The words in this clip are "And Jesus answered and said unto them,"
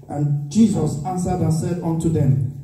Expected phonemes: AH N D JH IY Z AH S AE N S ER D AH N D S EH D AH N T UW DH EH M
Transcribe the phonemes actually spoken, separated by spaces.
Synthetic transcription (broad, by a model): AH N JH IY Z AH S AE N S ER D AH N S EH D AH N T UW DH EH M